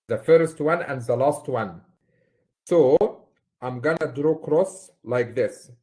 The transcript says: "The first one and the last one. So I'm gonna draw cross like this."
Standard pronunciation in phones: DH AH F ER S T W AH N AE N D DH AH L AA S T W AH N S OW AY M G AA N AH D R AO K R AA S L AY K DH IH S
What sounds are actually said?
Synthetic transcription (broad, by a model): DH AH F ER S T W AH N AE N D DH AH L AA S T W AH N S OW AY M G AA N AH D R AO K R AA S L AY K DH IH S